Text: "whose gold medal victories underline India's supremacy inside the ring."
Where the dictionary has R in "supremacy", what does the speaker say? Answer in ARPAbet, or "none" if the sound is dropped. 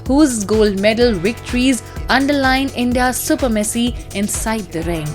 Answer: none